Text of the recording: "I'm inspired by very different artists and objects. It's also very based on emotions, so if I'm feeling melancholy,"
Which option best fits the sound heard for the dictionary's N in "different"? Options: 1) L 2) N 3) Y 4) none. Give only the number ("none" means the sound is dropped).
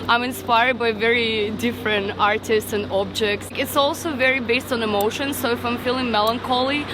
2